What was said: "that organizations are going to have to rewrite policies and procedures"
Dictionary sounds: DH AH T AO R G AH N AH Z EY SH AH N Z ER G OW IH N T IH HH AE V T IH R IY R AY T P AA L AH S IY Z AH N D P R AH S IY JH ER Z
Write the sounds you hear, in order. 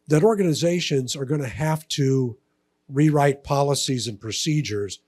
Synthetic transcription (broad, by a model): DH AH T AO R G AH N AH Z EY SH AH N Z ER G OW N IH HH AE F T IH R IY R AY T P AA L AH S IY Z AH N P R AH S IY JH ER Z